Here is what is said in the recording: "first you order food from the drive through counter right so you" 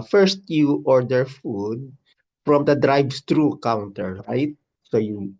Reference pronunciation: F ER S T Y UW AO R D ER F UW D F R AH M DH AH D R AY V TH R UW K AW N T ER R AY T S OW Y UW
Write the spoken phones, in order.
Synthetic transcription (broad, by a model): F ER S T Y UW AO R D ER F UW D F R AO M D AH D R AY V S R UW K AW N T ER R AY T S OW Y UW